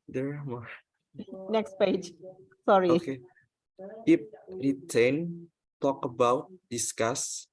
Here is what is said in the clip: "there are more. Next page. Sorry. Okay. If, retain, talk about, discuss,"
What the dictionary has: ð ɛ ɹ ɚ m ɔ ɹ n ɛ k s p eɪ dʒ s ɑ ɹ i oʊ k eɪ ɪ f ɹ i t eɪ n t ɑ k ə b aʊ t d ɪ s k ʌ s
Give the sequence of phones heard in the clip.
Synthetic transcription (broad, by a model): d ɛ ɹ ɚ m ɔ ɹ n ɛ k s p eɪ dʒ s ɑ ɹ i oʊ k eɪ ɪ p ɹ i t eɪ n t ɑ k ə b aʊ t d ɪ s k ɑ s